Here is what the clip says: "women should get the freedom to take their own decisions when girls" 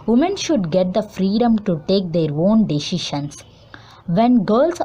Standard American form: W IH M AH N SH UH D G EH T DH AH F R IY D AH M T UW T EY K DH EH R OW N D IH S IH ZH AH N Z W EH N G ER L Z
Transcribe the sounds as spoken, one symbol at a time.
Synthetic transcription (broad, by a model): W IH M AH N SH UH D G EH T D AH F R IY D AH M T UW T EY K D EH R OW N D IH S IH SH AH N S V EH N G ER L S